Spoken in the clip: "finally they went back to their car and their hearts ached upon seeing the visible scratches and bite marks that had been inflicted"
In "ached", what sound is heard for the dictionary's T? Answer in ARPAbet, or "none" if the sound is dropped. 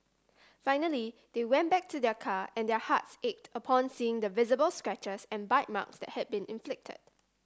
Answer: T